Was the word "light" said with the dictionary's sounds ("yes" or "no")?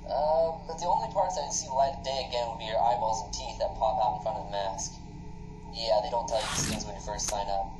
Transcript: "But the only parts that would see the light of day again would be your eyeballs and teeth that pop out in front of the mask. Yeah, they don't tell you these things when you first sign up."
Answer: no